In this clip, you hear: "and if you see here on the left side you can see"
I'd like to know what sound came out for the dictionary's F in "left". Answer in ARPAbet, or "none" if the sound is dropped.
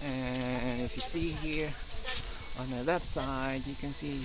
none